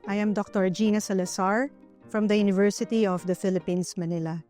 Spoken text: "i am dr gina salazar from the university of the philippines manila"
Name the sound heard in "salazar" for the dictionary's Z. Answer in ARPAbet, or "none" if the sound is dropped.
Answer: S